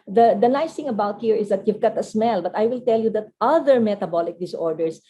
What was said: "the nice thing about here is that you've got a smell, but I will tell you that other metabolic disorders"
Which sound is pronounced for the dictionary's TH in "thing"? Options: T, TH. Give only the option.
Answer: T